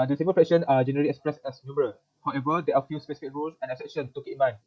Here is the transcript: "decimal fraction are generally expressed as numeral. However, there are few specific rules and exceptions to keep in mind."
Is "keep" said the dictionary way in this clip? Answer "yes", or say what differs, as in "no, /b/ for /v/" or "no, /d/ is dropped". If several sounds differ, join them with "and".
no, /p/ is dropped